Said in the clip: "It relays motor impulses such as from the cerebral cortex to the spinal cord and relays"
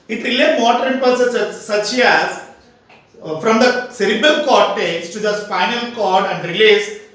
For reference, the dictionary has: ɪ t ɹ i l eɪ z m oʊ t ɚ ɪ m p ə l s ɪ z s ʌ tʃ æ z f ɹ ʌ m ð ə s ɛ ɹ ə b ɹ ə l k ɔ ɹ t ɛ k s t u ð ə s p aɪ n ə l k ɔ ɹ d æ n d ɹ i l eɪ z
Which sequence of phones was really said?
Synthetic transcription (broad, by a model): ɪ t ɹ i l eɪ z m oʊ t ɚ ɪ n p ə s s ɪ s ʌ tʃ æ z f ɹ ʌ m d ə s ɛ ɹ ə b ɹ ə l k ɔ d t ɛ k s t u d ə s f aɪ n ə l k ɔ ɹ d æ n d ɹ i l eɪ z